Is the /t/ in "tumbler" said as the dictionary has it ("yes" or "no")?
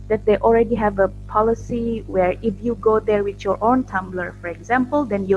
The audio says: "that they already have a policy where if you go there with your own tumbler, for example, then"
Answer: yes